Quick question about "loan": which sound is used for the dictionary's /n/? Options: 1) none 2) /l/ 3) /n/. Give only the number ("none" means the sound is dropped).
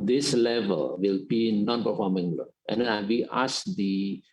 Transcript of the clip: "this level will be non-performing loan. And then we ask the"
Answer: 1